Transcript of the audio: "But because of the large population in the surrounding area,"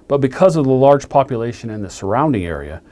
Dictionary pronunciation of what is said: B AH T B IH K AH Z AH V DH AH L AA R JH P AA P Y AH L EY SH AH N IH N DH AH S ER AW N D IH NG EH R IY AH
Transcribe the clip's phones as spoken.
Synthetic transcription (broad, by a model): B AH T B IH K AH Z AH V DH AH L AA R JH P AA P Y AH L EY SH AH N IH N DH AH S ER AW N D IH NG EH R IY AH